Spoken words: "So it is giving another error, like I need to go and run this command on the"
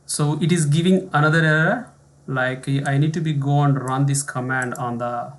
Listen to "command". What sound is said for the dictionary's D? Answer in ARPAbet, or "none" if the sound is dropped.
D